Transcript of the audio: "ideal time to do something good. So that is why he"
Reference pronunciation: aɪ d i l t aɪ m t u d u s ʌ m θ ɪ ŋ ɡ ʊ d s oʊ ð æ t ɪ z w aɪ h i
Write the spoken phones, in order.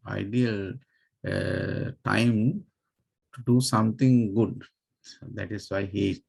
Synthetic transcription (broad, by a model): aɪ d i l t aɪ m t u d u s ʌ m t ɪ ŋ ɡ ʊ d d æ t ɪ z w aɪ h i